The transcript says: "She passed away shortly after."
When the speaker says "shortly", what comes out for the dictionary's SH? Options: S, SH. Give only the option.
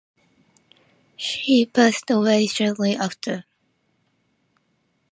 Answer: S